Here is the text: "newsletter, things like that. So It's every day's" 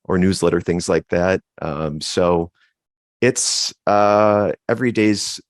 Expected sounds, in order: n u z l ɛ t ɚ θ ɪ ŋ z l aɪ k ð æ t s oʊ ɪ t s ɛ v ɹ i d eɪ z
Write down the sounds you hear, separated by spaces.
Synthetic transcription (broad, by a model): n u z l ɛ t ɚ θ ɪ ŋ z l aɪ k ð æ t s oʊ ɪ t s ɛ v ɹ i d eɪ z